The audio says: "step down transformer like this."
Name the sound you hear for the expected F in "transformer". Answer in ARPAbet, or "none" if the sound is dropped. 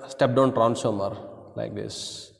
none